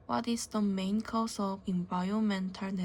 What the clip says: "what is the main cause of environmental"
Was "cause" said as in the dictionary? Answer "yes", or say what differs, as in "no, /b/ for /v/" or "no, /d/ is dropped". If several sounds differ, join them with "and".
no, /s/ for /z/